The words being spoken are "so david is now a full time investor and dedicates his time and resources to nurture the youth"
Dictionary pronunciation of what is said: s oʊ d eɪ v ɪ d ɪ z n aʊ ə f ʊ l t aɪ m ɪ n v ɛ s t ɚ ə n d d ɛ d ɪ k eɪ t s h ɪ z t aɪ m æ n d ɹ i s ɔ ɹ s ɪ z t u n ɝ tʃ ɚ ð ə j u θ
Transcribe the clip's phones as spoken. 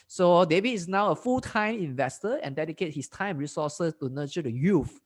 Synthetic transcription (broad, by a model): s oʊ d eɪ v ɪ ɪ s n aʊ ə f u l t aɪ m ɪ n v ɛ s t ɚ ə n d d ɛ d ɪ k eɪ t h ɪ s t aɪ m ɹ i s ɔ s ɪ s t u n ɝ tʃ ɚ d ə j u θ